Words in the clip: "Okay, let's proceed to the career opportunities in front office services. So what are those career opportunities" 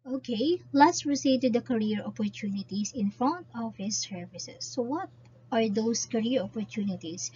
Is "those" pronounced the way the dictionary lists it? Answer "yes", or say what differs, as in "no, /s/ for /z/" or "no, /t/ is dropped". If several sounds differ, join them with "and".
no, /s/ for /z/